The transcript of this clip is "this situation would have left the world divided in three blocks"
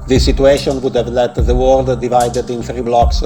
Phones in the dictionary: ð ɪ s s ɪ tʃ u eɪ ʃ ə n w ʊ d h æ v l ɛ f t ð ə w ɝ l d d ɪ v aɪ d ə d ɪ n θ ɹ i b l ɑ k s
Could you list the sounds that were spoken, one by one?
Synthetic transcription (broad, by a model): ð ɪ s s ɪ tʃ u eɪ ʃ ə n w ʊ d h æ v l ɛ t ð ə w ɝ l d d ɪ v aɪ d ə d ɪ n θ ɹ i b l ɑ k s